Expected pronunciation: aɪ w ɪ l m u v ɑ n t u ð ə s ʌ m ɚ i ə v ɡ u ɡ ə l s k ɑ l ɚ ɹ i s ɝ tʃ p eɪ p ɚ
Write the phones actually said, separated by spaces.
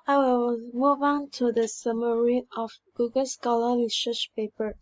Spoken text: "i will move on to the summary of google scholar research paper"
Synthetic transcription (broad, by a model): aɪ w ɪ l m u v ɑ n t u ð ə s ʌ m ɚ i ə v ɡ u ɡ ə l s k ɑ l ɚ l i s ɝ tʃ p eɪ p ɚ